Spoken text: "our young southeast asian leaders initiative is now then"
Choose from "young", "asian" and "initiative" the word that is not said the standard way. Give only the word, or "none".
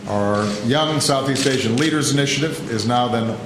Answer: asian